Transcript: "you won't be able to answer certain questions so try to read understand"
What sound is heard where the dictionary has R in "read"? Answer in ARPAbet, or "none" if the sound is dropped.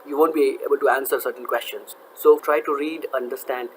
R